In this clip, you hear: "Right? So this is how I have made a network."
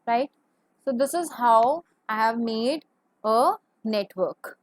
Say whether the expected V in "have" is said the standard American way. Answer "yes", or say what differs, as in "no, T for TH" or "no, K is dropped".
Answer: yes